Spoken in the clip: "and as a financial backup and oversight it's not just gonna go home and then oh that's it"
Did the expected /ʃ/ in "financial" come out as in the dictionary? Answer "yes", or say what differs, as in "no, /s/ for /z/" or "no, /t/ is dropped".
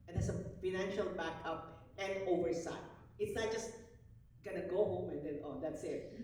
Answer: yes